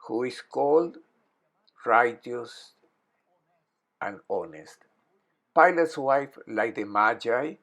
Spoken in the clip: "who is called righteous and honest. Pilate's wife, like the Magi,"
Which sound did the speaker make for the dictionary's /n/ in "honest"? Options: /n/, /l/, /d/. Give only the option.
/n/